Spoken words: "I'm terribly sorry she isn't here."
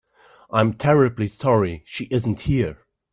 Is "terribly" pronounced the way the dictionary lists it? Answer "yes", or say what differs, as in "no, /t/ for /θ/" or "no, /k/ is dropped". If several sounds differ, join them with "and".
yes